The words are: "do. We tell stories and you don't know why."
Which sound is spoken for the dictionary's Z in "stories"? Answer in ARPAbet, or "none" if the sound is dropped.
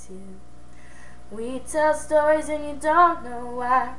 Z